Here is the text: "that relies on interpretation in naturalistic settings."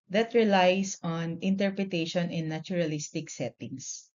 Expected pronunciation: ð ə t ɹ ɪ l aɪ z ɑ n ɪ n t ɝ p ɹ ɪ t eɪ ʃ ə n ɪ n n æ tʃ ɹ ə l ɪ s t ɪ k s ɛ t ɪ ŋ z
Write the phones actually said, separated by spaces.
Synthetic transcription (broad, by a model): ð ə t ɹ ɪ l aɪ s ɑ n ɪ n t ɝ p ɹ ɪ t eɪ ʃ ə n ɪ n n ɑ tʃ ɹ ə l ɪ s t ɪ k s ɛ t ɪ ŋ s